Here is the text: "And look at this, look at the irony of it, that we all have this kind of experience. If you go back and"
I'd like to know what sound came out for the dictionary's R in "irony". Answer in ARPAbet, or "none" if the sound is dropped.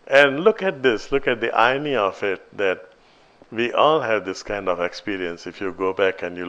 none